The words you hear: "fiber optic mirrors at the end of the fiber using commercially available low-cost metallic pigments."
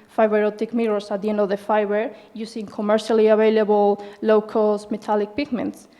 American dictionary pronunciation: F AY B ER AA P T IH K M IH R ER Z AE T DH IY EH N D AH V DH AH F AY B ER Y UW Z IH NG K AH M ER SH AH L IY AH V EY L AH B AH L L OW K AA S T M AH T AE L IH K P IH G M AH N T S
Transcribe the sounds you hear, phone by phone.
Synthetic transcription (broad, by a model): F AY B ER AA T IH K M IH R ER S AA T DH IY EH N D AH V DH AH F AY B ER Y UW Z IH NG K AH M ER SH AH L IY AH B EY L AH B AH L L OW K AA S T M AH T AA L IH K P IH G M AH N T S